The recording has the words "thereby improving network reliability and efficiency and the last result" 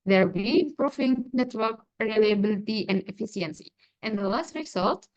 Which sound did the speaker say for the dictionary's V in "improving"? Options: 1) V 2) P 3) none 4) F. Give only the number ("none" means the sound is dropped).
4